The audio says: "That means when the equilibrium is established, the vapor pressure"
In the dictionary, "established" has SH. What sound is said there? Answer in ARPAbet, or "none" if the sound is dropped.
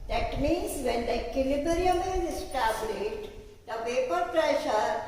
none